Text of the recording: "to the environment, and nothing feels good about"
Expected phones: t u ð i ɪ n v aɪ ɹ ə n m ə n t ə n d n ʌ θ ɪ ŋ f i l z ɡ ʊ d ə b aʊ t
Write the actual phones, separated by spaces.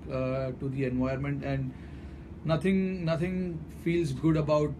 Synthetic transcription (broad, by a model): t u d i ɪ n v aɪ ə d m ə n t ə n d n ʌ t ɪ ŋ f i l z ɡ ʊ d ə b aʊ t